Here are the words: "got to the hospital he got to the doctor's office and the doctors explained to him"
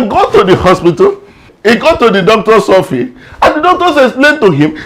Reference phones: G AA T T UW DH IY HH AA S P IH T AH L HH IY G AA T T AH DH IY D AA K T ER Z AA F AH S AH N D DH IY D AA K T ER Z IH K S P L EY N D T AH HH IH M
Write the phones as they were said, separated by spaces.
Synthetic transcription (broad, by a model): G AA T T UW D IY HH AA S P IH T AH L HH IY G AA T T AH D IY D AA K T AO S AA F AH AH N D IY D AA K T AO S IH S L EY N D T AH HH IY M